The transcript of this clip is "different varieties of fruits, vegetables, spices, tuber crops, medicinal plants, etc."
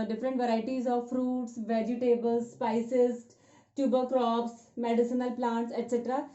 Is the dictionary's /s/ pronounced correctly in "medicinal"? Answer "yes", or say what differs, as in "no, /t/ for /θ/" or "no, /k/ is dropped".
yes